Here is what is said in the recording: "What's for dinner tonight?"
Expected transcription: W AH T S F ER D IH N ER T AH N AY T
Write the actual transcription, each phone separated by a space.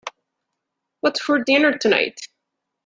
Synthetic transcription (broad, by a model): W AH T F ER D IH N ER T AH N AY T